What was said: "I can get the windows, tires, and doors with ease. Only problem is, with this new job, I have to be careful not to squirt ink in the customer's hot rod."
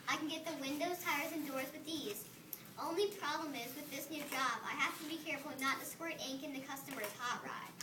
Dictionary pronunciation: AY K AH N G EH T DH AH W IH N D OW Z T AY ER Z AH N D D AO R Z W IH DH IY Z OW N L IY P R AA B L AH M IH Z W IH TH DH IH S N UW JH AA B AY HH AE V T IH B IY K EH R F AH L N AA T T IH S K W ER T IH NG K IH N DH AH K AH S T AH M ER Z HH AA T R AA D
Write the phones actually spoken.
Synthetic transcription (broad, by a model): AY K N G EH T DH AH W IH N D OW Z T AY ER Z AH N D D AO R Z W IH DH IY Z OW N L IY P R AA B L AH M IH Z W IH DH IH S N UW JH AA B AY HH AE F T IH B IY K EH R F L N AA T T IH S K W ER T IH NG K IH N DH AH K AH S T AH M ER Z HH AA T R AA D